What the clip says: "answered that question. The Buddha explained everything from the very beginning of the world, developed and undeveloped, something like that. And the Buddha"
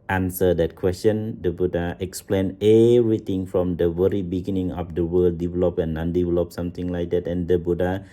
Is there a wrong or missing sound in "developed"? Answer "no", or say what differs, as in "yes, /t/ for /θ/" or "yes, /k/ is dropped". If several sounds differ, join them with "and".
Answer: yes, /t/ is dropped